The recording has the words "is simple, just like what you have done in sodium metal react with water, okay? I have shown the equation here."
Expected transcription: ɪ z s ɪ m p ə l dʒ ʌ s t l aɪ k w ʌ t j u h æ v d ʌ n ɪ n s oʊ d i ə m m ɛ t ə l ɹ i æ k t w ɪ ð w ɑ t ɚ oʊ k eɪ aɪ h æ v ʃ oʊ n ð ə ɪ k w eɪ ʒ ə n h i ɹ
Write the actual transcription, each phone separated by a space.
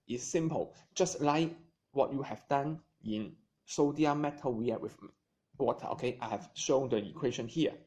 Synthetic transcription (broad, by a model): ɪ s ɪ m p ə l dʒ ʌ s t l aɪ k w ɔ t j u h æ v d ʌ n ɪ n s oʊ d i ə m m ɛ t ə l w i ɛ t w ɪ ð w ɑ t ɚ oʊ k eɪ aɪ h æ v ʃ oʊ n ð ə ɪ k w eɪ ʃ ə n h i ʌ